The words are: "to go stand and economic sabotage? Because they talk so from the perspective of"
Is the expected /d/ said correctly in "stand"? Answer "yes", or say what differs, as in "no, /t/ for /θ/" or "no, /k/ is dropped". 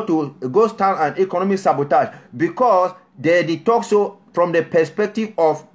no, /d/ is dropped